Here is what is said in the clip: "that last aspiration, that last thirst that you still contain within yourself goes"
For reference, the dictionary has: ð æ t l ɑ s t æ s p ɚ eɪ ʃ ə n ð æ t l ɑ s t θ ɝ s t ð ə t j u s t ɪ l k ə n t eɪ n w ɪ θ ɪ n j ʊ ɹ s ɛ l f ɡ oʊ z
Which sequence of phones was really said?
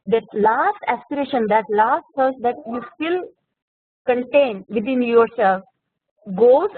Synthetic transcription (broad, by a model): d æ t l ɑ s t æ s p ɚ eɪ ʃ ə n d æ t l ɑ s t s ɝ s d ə t j u s t ɪ l k ə n t eɪ n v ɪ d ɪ n j ʊ ɹ s ɛ l f ɡ oʊ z